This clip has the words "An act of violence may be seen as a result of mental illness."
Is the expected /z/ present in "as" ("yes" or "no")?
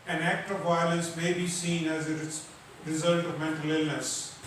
yes